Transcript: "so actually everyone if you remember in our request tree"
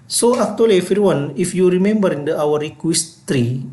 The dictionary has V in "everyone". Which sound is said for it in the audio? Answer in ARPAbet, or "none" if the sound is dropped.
none